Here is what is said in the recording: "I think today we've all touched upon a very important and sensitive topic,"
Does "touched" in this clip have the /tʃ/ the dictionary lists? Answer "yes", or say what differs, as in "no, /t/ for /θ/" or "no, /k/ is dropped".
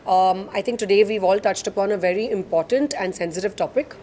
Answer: yes